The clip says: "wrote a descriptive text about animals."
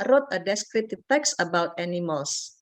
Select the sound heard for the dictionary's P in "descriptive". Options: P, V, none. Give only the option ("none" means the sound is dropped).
none